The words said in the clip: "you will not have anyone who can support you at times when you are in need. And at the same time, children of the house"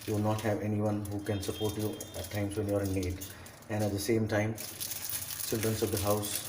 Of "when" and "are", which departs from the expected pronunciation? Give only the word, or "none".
none